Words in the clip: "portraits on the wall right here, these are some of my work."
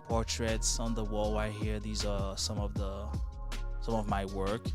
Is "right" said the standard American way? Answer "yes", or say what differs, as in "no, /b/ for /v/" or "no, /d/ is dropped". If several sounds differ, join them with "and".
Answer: no, /w/ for /ɹ/